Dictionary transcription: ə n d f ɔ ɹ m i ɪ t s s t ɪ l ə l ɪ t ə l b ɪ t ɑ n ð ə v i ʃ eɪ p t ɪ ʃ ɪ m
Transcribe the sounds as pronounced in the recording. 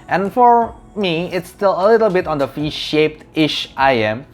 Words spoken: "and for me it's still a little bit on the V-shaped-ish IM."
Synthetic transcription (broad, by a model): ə n f ɔ ɹ m i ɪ t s s t ɪ l ə l ɪ t ə l b ɪ t ɑ n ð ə f i ʃ eɪ p t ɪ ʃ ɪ m